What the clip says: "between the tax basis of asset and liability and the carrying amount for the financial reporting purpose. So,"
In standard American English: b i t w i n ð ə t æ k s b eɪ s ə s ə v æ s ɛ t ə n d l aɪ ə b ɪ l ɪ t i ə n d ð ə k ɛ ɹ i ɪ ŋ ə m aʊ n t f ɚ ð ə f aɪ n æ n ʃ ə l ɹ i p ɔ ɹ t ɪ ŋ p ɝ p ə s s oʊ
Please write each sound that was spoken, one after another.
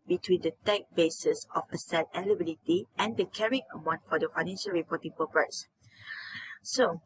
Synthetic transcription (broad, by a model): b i t w i n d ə t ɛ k b eɪ s ə s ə f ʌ s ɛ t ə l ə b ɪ l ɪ t i ə n d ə k ɛ ɹ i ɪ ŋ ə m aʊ n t f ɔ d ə f aɪ n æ n ʃ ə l ɹ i p ɔ t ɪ ŋ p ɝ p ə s s oʊ